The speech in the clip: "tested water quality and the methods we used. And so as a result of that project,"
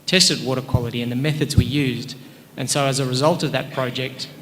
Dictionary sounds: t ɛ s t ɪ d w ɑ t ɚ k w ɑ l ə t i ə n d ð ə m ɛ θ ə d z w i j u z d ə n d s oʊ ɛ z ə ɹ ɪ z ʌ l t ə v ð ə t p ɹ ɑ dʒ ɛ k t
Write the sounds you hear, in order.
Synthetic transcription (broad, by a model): t ɛ s t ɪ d w ɑ t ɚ k w ɑ l ə t i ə n ð ə m ɛ θ ə d z w i j u z d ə n s oʊ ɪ z ə ɹ ɪ z ʌ l t ə v ð ə t p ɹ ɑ dʒ ɛ k t